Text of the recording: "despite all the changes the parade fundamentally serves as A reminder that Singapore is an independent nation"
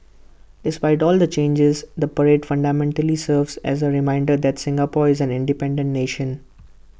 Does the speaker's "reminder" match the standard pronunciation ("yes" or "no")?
yes